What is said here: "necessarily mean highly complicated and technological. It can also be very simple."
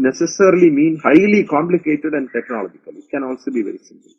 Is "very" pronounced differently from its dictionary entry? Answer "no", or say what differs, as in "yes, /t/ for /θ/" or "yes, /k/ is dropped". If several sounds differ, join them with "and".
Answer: yes, /ɹ/ is dropped